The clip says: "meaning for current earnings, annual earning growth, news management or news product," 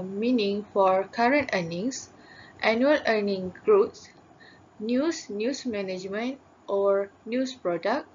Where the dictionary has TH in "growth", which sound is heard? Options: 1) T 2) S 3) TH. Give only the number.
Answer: 2